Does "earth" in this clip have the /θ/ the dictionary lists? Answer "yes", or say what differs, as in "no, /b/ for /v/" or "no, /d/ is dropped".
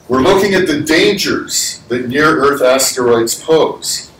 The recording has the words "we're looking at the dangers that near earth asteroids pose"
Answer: yes